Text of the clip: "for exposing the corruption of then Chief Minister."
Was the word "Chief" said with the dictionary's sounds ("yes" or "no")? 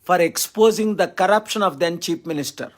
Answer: no